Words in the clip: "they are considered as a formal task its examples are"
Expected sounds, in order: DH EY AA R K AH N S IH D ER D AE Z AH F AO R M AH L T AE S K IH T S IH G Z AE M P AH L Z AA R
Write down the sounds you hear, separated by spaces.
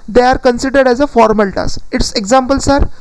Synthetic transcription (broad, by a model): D EY AA R K AH N S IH D ER D AE Z AH F AO R M AH L T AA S IH T S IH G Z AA M P AH L S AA R